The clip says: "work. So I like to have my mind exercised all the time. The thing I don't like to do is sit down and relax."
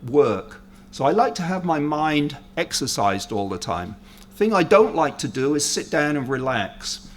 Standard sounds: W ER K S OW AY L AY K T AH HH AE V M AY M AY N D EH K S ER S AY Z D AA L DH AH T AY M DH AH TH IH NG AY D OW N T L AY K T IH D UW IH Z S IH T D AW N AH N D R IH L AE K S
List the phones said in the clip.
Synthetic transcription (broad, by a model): W ER K S OW AY L AY K T AH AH V M AY M AY N D EH K S ER S AY Z D AA L DH AH T AY M TH IH NG AY D OW N T L AY K T IH D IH IH Z S IH T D AW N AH N R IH L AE K S